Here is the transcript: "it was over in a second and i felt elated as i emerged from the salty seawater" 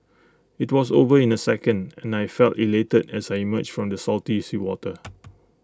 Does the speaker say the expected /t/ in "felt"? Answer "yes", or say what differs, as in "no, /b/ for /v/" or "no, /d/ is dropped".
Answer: yes